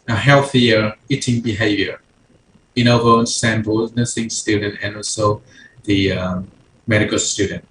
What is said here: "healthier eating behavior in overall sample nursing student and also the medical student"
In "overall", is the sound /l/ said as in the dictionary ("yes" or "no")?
no